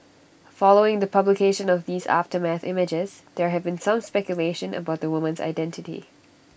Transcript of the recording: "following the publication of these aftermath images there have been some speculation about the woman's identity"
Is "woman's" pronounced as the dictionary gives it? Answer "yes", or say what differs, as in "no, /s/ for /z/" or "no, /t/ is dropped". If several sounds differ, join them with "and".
yes